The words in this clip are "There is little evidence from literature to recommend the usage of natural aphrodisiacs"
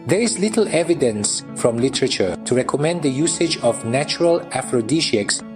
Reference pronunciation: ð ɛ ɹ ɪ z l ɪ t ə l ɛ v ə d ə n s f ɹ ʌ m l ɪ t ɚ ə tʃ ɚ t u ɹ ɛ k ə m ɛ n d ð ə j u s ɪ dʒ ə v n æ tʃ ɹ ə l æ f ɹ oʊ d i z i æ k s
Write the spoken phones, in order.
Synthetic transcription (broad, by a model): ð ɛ ɹ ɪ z l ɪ t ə l ɛ v ə d ə n s f ɹ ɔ m l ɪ t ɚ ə tʃ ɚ t u ɹ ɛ k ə m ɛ n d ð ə j u s ɪ dʒ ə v n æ tʃ ɹ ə l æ f ɹ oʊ d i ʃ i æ k s